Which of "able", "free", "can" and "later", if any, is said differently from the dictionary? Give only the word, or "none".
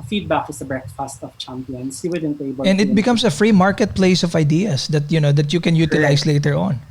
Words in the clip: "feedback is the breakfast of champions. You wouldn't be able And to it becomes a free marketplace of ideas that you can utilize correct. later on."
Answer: able